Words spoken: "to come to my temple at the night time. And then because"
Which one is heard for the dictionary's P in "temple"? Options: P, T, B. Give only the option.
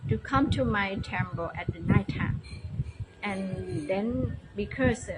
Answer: B